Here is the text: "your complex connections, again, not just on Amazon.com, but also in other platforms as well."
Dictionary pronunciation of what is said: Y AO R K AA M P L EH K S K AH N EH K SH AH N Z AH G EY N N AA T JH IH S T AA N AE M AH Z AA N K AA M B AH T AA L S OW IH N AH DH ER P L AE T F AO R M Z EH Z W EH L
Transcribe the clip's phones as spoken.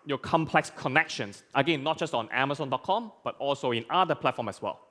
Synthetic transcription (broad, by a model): Y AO K AA M P L EH K S K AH N EH K SH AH N S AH G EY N N AA T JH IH S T AA N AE M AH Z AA N K AA M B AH T AA L S OW IH N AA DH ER P L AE T F AO M EH S W EH L